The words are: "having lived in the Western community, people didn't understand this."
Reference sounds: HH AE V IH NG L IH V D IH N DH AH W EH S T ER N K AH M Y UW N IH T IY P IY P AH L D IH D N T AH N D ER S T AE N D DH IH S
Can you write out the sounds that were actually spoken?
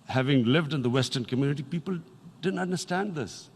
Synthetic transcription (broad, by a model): HH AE V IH NG L IH V D IH N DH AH W EH S T ER N K AH M Y UW N IH T IY P IY P AH L D IH D N T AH N D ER S T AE N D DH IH S